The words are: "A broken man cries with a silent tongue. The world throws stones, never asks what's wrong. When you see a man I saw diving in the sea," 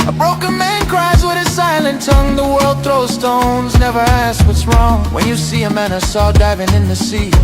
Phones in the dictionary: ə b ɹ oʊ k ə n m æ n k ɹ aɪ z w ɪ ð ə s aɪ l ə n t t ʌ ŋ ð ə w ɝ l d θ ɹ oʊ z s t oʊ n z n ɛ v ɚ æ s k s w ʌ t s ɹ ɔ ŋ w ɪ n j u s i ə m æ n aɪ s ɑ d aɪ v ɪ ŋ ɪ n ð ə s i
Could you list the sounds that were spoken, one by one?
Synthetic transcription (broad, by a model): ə b ɹ oʊ k ə n m æ n k ɹ aɪ z w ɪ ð ə s aɪ l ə n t t ʌ ŋ ð ə w ɝ l d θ ɹ oʊ s t oʊ n z n ɛ v ɚ æ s s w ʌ t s ɹ ɔ ŋ w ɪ n j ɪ s i ə m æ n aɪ s ɑ d aɪ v ɪ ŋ ɪ n ð ə s i